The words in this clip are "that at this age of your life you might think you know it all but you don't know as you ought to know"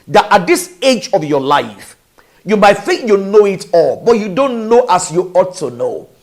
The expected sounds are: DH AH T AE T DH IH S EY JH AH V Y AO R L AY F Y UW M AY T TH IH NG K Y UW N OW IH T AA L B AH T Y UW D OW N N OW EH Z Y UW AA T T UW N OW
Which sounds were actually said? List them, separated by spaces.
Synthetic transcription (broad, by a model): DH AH T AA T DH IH S EY JH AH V Y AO L AY F Y UW M AY T TH IH NG K Y UW N OW IH T AA L B AH T Y UW D OW N N OW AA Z Y UW AA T T UW N OW